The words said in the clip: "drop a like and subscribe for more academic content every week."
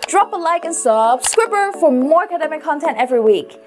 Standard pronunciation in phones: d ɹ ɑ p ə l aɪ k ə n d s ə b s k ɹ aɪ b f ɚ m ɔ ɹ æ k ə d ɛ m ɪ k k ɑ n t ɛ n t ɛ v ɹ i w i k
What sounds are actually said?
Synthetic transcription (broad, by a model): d ɹ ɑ p ə l aɪ k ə n s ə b s k w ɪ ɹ f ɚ m ɔ ɹ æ k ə d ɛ m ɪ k k ɑ n t ɛ n t ɛ v ɹ i w i k